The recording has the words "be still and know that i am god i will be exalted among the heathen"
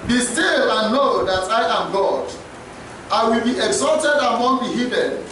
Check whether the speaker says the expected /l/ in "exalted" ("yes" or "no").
yes